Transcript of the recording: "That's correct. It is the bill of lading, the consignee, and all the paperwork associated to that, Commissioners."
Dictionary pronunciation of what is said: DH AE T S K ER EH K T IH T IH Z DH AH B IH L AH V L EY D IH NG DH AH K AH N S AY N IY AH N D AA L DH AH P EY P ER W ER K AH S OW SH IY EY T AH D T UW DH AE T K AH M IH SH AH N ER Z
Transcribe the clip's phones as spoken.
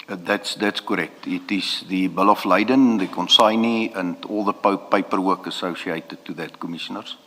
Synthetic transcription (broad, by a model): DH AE T S K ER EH K T IH T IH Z DH AH B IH L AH F L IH D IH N DH AH K AH N S AY N IY AH N D AA L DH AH P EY P ER W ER K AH S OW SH IY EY T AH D T UW DH AE T K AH M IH SH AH N ER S